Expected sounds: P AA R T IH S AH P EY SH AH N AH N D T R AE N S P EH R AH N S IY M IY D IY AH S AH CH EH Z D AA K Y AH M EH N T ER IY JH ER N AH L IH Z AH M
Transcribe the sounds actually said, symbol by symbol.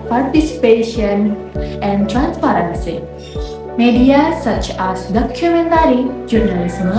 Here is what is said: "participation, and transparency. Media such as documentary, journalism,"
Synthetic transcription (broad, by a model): P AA R T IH S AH P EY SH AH N AH N D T R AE N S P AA R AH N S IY M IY D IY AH S AH CH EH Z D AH K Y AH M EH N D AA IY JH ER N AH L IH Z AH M